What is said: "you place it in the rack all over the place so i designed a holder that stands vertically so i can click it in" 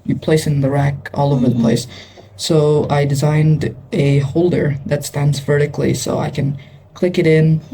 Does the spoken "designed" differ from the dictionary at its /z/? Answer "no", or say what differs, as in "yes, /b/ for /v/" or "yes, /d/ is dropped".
no